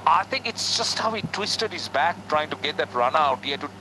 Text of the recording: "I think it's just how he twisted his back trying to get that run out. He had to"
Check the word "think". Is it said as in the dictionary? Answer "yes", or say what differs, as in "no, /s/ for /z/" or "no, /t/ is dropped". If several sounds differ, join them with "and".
no, /t/ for /θ/